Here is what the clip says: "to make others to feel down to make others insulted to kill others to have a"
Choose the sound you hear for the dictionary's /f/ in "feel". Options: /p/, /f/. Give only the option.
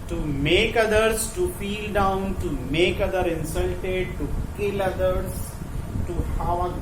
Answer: /p/